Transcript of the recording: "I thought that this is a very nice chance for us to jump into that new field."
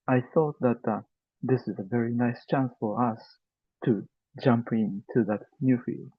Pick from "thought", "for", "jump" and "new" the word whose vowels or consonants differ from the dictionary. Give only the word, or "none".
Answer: none